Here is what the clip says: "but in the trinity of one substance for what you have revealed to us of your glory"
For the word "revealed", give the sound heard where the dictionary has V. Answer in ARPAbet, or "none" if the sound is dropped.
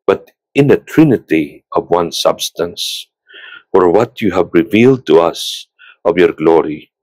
V